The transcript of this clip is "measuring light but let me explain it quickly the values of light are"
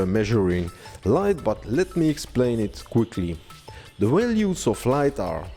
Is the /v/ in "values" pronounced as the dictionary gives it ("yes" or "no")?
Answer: no